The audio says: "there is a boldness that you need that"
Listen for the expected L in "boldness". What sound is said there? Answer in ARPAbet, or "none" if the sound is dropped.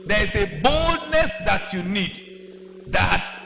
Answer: L